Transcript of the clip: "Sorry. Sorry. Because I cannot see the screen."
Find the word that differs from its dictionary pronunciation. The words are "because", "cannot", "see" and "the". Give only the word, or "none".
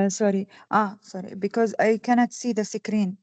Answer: none